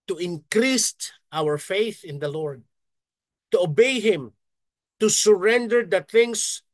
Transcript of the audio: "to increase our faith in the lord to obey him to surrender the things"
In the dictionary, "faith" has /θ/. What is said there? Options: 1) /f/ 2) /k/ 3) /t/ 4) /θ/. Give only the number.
4